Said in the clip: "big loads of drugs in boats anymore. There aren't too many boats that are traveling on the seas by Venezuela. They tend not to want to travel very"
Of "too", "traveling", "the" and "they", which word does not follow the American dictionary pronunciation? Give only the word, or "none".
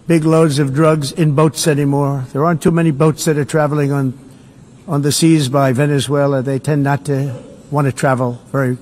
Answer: none